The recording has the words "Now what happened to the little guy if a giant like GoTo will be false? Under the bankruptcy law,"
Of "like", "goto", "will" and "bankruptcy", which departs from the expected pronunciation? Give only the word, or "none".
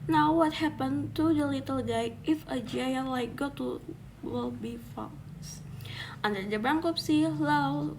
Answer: bankruptcy